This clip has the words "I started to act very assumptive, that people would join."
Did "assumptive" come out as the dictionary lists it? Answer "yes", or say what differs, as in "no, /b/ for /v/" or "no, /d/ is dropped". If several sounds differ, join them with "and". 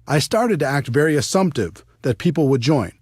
yes